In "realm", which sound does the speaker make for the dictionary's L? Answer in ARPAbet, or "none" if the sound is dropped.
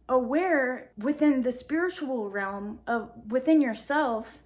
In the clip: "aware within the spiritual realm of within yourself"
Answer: L